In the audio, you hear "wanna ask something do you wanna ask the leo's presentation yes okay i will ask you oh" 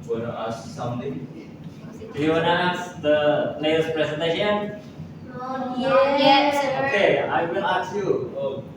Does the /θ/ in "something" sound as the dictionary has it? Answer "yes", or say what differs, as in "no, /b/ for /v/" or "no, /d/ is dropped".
no, /t/ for /θ/